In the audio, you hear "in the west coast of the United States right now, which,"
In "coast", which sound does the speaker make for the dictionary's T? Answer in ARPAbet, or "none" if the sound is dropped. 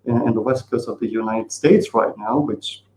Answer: none